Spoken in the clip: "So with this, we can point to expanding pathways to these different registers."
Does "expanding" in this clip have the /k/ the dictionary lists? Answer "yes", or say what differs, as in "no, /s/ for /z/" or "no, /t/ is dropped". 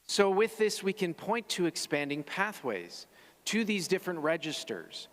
yes